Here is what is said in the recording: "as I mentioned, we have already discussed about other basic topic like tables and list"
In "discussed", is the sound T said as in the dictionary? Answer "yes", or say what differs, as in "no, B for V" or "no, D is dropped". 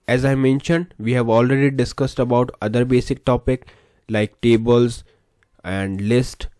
yes